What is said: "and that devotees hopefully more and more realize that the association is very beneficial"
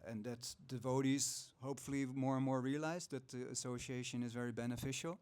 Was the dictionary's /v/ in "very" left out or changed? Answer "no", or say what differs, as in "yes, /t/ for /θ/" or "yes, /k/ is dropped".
no